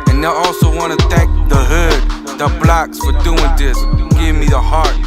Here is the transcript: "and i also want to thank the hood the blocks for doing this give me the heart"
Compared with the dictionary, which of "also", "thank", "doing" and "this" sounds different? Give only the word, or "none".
thank